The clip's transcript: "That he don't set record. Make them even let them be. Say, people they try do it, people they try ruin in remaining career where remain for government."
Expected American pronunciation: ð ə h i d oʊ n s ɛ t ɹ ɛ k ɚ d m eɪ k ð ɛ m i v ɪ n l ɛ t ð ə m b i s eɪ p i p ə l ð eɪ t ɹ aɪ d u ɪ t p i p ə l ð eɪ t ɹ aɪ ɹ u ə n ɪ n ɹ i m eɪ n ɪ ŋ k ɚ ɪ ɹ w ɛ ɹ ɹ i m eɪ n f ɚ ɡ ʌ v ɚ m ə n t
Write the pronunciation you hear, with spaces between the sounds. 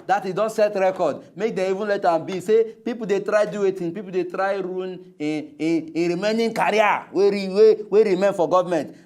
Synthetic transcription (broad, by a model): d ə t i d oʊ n s ɛ t ɹ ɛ k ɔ d m eɪ k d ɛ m i v ɪ n l ɛ t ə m b i s eɪ p i p ə l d eɪ t ɹ aɪ d u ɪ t p i p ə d eɪ t ɹ aɪ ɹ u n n ɹ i m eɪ n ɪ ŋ k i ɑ w w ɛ w ɹ i m eɪ n f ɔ ɡ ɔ v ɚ m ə n t